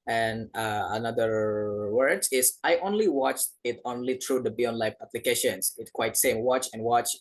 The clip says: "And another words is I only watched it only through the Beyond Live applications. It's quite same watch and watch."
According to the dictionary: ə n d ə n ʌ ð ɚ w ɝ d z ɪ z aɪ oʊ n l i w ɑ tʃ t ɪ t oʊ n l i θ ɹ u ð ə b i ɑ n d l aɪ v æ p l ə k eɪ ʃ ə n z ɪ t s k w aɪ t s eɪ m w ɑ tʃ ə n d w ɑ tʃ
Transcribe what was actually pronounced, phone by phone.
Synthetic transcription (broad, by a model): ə n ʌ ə n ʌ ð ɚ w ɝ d ɪ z aɪ oʊ n l i w ɑ tʃ t ɪ t oʊ n l i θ ɹ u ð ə b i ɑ n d l aɪ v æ p l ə k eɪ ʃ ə n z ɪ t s k w aɪ t s eɪ m w ɑ tʃ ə n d w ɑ tʃ